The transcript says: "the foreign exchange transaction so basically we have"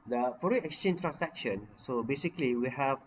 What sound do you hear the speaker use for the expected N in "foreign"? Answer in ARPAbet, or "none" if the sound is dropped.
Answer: none